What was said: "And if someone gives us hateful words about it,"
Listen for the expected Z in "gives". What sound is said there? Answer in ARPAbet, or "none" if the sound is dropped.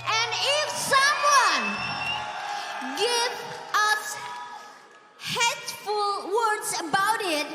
none